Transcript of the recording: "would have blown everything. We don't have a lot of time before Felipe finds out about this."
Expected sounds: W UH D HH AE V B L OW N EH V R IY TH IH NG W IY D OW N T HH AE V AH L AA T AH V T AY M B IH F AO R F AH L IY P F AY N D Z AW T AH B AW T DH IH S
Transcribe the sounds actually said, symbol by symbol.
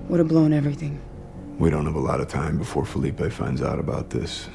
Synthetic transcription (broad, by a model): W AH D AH B L OW N EH V R IY TH IH NG W IY D OW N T HH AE V AH L AA T AH V T AY M B IH F AO R F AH L IY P F AY N D Z AW T AH B AW T DH IH S